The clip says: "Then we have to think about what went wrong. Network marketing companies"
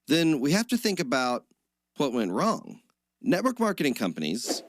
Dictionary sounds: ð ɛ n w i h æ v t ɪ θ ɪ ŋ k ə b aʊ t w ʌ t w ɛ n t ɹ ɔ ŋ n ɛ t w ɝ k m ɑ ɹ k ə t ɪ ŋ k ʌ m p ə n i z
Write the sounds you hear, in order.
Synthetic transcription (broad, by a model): ð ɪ n w i h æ f t ɪ θ ɪ ŋ k ə b aʊ t w ʌ t w ɛ n t ɹ ɔ ŋ n ɛ t w ɝ k m ɑ ɹ k ə t ɪ ŋ k ʌ m p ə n i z